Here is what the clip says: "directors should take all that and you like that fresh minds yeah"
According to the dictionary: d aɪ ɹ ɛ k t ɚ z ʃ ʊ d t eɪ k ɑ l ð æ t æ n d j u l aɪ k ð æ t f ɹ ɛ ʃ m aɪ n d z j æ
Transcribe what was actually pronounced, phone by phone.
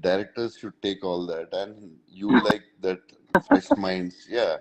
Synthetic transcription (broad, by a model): d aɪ ɹ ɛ k t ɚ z ʃ ʊ d t eɪ k ɑ l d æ t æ n d j u l aɪ k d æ t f ɛ s m aɪ n d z j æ